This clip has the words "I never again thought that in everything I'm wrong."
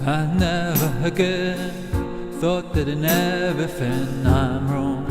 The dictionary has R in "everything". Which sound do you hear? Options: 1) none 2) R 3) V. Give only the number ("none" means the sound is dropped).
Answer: 1